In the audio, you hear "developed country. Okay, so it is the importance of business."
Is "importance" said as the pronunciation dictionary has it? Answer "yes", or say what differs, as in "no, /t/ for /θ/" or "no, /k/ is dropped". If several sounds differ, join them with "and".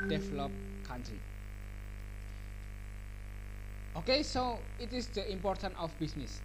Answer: no, /s/ is dropped